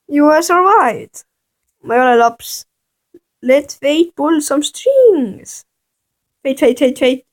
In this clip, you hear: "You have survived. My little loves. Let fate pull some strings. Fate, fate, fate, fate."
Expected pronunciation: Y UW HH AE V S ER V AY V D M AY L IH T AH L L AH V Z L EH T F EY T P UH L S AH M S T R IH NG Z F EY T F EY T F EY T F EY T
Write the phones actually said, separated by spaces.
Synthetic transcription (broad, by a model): Y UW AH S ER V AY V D M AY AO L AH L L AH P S L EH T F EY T B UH L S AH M S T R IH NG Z F EY T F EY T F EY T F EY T